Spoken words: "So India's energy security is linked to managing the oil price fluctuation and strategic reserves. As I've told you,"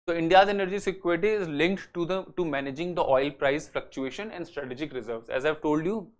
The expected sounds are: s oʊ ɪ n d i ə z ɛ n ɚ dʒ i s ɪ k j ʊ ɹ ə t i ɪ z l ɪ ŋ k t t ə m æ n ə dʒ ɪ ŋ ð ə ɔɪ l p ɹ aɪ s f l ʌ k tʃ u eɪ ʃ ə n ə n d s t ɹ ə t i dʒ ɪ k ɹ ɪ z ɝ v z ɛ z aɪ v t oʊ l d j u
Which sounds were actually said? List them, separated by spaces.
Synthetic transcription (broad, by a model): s oʊ ɪ n d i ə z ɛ n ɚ dʒ i s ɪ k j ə t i ɪ z l ɪ ŋ k t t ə m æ n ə dʒ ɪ ŋ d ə ɔɪ l p ɹ aɪ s f l ʌ k tʃ u eɪ ʃ ə n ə n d s t ɹ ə t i dʒ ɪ k ɹ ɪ z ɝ v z ɛ z aɪ v t oʊ l d j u